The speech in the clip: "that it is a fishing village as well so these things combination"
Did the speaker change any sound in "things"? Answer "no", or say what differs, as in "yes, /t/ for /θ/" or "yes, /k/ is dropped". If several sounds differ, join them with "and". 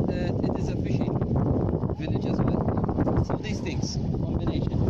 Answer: yes, /t/ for /θ/